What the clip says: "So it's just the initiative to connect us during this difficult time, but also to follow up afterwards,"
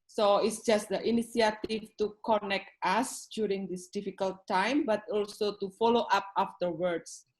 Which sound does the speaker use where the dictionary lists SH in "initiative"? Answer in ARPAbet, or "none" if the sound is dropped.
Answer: S